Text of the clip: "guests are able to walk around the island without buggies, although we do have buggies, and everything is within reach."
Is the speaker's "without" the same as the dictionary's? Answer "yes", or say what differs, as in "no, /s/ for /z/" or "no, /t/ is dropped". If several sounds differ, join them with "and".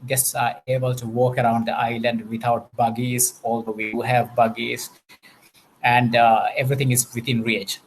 no, /t/ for /θ/